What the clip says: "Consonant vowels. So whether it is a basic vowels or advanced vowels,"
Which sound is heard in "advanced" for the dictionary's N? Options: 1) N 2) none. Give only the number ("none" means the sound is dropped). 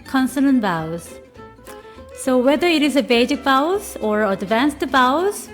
1